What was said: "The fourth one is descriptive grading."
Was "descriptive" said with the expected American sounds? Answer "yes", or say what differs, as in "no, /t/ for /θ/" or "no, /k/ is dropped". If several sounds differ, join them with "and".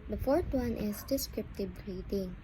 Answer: no, /b/ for /v/